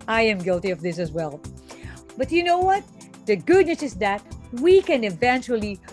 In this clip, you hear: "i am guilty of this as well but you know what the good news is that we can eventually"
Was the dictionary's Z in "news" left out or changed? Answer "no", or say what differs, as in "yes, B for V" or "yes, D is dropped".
yes, S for Z